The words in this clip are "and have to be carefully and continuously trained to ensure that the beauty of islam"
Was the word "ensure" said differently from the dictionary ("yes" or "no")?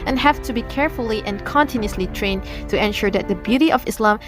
no